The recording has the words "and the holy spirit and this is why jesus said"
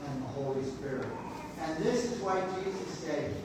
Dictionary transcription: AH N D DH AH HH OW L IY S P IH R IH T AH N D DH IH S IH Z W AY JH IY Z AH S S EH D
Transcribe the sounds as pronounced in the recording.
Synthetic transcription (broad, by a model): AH N DH AH HH OW L IY S P IH R IH T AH N DH IH S IH Z W AY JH IY Z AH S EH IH